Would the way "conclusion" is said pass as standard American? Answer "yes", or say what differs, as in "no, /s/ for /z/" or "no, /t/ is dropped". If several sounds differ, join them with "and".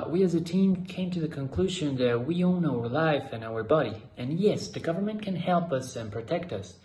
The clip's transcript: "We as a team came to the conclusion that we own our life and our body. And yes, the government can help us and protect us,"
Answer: yes